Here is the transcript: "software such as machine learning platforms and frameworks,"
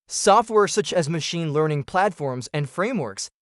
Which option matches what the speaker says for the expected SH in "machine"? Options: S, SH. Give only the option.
SH